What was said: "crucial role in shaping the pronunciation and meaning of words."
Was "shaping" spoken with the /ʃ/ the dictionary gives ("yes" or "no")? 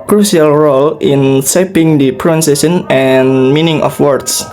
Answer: no